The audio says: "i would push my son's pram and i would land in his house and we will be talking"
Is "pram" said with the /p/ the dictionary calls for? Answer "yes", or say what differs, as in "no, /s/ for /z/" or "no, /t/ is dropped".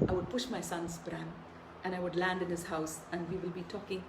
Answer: no, /b/ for /p/